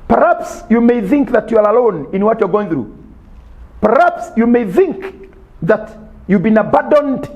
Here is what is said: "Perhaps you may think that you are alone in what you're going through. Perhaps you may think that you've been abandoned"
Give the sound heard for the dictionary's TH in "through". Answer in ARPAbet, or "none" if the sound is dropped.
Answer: TH